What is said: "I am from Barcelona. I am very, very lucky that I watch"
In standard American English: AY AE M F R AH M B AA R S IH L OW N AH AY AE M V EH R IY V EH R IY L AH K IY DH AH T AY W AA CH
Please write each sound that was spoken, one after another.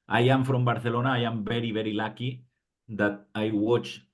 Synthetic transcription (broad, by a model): AY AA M F R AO M B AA R TH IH L OW N AY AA M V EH R IY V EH R IY L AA K IY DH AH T AY W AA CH